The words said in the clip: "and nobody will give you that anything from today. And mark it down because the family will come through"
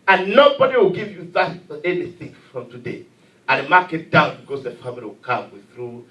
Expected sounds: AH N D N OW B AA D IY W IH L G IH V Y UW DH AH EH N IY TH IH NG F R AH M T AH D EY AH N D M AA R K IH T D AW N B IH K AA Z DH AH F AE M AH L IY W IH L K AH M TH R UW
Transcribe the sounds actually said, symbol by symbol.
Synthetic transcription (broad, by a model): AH N N OW B AA D IY W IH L G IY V Y UW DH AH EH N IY S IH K F R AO M T AH D EY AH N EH M AA K IH T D AW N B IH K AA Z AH F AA M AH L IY W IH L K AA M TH R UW